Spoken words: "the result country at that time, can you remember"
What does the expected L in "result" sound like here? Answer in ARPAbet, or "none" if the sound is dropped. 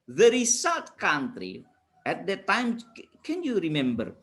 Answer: none